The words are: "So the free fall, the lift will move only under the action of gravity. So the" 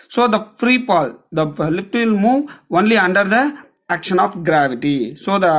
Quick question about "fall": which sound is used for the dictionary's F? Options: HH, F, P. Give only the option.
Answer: P